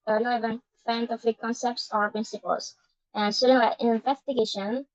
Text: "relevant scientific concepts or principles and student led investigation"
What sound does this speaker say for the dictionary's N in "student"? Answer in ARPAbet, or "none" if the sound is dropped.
none